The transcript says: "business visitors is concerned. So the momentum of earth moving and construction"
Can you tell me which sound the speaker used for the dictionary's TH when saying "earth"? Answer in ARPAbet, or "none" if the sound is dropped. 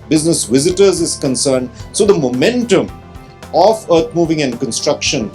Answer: T